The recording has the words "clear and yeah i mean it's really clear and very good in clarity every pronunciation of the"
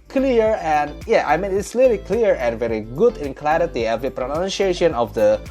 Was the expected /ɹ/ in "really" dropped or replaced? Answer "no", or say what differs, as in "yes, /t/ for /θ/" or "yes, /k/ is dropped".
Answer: yes, /l/ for /ɹ/